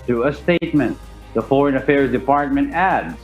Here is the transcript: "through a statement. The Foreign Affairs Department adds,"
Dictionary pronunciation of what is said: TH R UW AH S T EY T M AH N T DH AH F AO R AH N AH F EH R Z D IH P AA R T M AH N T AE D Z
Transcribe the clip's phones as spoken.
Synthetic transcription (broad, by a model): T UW AH S T EY T M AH N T DH AH F AO R AH N AH F EH R Z D IH P AA R T M AH N T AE D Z